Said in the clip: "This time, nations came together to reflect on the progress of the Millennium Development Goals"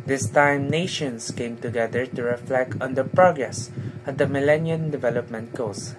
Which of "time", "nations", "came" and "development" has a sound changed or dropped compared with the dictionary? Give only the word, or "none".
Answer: nations